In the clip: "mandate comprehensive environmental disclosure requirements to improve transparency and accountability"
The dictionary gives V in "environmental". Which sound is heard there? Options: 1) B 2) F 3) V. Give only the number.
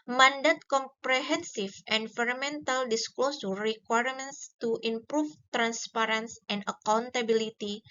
2